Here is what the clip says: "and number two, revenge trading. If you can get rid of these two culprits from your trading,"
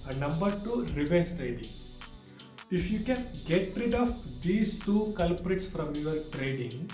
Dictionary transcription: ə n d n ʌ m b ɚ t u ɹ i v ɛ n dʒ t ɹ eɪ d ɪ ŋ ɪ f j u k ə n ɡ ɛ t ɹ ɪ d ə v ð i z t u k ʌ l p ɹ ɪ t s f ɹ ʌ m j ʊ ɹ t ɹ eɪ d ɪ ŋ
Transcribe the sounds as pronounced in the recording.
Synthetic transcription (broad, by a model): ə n n ʌ m b ɚ t u ɹ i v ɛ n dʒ t ɹ eɪ d ɪ ŋ ɪ f j u k ə n ɡ ɛ t ɹ ɪ d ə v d i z t u k ʌ l p ɹ ɪ t s f ɹ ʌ m j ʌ ɹ t ɹ eɪ d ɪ ŋ